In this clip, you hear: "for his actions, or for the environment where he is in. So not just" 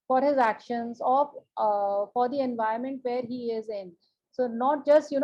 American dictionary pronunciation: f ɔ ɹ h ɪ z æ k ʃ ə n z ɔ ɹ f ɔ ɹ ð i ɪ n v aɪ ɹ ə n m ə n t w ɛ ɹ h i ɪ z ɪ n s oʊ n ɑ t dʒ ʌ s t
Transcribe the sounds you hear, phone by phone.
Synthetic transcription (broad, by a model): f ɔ ɹ h ɪ z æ k ʃ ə n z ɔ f f ɔ ɹ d i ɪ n v aɪ ə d m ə n t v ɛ ɹ h i ɪ z ɪ n s oʊ n ɑ t dʒ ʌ s t